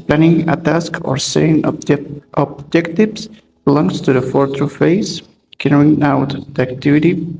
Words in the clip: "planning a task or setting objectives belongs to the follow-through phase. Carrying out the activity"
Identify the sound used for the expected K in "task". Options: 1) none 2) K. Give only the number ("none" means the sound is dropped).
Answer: 2